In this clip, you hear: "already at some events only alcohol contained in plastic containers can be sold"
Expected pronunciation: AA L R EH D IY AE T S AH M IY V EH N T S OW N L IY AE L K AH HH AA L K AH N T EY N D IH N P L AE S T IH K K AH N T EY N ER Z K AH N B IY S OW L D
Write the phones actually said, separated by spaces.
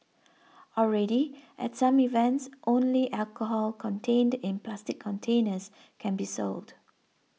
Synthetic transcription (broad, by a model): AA L R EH D IY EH T S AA M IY V EH N T S OW N L IY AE L K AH HH AA L K AH N T EY N D IH N P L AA S T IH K K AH N T EY N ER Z K AH N B IY S OW L D